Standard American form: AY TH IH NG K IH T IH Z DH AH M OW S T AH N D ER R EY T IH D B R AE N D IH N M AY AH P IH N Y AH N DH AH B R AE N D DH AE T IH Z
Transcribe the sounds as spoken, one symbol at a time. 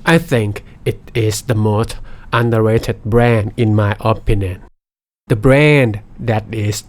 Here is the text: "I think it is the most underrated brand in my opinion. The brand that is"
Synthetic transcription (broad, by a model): AY TH IH NG K IH T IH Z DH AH M OW S T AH N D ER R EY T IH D B R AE N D IH N M AY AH P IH N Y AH N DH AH B R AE N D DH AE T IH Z